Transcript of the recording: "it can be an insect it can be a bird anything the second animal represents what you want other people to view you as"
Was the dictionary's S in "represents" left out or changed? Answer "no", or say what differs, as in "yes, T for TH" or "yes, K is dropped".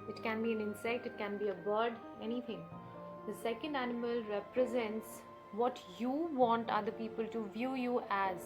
no